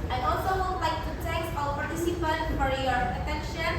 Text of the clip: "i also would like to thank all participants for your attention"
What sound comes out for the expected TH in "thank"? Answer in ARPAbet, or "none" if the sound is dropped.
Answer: T